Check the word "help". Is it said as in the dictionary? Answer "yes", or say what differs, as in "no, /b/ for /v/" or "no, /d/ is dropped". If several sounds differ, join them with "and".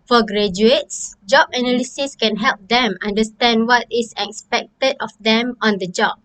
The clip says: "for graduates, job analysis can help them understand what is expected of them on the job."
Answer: yes